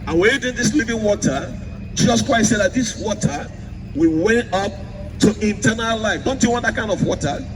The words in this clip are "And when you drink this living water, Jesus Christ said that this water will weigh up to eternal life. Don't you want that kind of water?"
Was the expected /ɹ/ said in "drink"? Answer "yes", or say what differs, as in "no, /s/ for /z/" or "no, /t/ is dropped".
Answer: no, /ɹ/ is dropped